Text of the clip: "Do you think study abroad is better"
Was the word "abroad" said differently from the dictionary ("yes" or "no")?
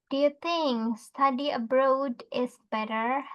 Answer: no